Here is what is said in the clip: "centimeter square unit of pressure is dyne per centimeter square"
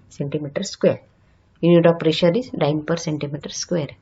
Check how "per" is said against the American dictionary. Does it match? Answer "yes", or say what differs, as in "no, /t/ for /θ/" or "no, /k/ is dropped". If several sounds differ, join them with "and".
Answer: yes